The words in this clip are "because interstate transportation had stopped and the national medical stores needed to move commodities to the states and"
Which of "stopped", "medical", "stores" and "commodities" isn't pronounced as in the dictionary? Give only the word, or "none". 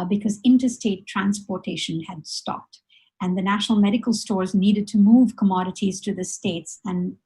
none